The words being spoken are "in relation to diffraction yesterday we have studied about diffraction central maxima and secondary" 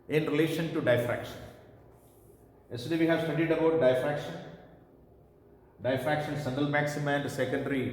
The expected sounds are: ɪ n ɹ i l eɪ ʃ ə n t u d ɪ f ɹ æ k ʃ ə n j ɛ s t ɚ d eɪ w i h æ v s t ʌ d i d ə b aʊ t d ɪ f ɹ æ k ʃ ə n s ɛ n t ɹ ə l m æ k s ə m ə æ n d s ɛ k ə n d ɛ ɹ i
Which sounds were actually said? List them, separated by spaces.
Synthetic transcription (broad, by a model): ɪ n ɹ i l eɪ ʃ ə n t u d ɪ f ɹ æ k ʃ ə n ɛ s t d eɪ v i h æ v s t ʌ d i d ə b aʊ t d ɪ f ɹ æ k ʃ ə n ʃ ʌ n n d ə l m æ k s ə m æ n d s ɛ k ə n d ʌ ɹ i